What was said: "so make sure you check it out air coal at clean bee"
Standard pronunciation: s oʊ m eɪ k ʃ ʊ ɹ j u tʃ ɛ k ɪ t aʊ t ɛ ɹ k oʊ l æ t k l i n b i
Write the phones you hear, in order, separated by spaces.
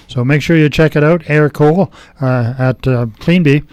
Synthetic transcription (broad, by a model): s oʊ m eɪ k ʃ ʊ ɹ j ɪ tʃ ɛ k ɪ t aʊ t ɛ ɹ k oʊ l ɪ t k l i n b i